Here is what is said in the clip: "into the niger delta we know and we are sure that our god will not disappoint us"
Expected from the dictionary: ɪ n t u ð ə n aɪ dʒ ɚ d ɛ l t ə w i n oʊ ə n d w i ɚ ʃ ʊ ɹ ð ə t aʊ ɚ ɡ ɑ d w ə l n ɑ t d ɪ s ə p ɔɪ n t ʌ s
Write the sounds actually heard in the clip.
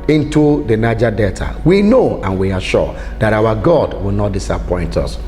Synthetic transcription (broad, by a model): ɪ n t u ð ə n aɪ dʒ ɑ d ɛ t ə w i n oʊ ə n w i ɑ ʃ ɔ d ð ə t aʊ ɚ ɡ ɑ d w ə l n ɑ t d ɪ s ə p ɔɪ n t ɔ s